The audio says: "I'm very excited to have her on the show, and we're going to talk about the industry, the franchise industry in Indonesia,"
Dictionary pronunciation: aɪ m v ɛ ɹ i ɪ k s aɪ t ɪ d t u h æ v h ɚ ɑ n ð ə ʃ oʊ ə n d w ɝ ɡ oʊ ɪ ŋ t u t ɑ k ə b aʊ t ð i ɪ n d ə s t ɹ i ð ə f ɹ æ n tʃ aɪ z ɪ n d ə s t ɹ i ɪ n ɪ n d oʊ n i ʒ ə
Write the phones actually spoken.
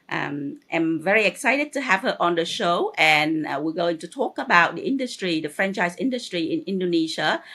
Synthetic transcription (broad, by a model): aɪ m v ɛ ɹ i ɪ k s aɪ t ɪ d t u h æ v h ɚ ɑ n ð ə ʃ oʊ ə n w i ɡ oʊ ɪ ŋ t u t ɑ k ə b aʊ t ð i ɪ n d ə s t ɹ i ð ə f ɹ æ n tʃ aɪ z ɪ n d ə s t ɹ i ɪ n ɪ n d oʊ n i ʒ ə